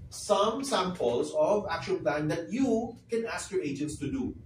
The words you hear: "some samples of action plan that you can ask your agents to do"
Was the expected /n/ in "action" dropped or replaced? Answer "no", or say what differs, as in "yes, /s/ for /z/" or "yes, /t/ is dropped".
yes, /l/ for /n/